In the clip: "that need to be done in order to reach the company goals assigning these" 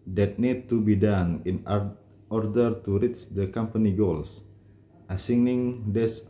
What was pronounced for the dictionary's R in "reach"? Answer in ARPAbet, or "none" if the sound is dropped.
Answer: R